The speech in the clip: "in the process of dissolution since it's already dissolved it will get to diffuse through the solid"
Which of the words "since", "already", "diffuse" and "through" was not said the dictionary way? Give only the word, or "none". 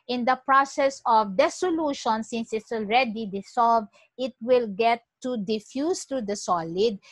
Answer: through